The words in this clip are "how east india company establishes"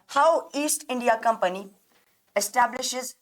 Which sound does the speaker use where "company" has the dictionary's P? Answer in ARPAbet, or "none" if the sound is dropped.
P